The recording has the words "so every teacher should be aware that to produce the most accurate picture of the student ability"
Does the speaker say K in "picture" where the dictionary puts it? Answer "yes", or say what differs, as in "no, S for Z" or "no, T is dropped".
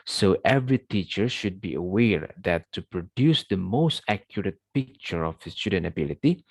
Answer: yes